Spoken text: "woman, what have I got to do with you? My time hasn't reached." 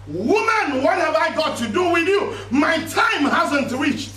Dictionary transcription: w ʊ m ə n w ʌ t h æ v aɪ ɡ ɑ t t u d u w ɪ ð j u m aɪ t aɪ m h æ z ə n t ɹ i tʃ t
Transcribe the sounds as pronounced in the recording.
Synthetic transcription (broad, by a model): w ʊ m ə n w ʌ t h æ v aɪ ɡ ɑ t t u d u w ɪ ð j u m aɪ t aɪ m h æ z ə n t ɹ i tʃ